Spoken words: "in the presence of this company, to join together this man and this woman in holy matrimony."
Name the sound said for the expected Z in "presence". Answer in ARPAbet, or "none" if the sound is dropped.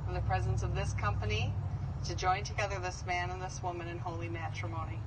Z